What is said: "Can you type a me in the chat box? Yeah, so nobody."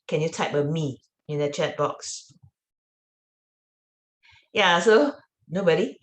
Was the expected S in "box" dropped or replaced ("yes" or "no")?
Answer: no